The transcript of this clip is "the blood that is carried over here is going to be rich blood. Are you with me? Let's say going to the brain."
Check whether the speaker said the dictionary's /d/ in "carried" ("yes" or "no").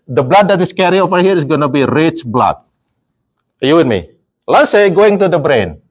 no